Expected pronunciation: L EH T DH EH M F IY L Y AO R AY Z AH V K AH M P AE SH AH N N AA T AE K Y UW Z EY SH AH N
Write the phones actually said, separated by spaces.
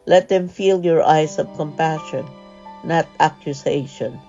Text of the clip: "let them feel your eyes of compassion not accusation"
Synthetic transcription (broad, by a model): L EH T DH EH M F IY L Y AO R AY S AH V K AH M P AE SH AH N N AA T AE K Y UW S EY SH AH N